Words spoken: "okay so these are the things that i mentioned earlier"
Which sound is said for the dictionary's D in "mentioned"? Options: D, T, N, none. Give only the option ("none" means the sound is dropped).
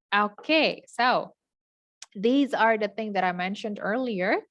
D